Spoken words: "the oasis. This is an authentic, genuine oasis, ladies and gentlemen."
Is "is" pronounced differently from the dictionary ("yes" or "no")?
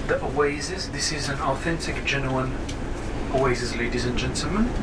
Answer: no